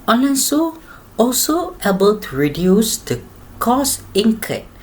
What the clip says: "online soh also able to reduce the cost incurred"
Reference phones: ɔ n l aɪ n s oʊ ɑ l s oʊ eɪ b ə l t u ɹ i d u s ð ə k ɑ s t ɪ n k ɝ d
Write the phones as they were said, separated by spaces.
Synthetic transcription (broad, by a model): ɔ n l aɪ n s oʊ ɑ l s oʊ eɪ b ə l t u ɹ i d u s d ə k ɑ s ɪ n k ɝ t